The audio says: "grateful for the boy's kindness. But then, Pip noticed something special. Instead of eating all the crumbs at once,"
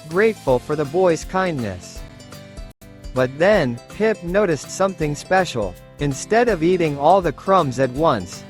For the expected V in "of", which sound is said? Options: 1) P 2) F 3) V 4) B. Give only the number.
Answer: 3